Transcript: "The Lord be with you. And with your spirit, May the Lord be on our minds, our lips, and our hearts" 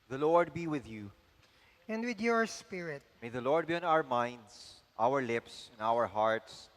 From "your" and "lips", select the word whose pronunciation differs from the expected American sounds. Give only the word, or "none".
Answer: none